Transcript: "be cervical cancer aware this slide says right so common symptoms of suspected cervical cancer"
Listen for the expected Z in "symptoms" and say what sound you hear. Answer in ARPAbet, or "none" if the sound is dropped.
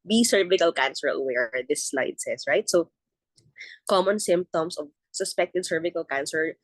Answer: S